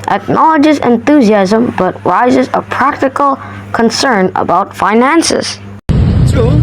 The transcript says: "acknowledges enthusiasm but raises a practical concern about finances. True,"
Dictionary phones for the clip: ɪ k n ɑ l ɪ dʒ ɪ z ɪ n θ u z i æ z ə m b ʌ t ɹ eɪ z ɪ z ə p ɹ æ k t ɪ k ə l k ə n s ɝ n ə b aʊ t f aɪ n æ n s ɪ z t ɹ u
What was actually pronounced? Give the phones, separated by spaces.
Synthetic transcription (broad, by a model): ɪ k n ɑ l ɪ dʒ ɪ z ɪ n θ u z i æ z ə m b ʌ t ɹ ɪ z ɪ z ə p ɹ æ k t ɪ k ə l k ə n s ɝ n ə b aʊ t f aɪ n æ n s ɪ z